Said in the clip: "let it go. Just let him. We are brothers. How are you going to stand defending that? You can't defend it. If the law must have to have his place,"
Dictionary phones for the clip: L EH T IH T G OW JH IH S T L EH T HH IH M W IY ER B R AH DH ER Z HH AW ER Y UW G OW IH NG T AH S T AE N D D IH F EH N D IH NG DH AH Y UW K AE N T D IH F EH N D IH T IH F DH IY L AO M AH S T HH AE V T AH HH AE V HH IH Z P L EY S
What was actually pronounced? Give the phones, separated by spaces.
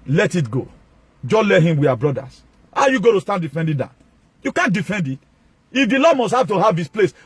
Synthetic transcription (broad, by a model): L EH T IH T G OW JH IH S L EH T HH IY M W IY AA B R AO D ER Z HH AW Y UW G OW T AH S T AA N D D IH F EH N D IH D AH Y UW K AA N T D IH F EH N D IH T IH F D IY L AO M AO S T HH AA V T AH HH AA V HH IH S P L EY S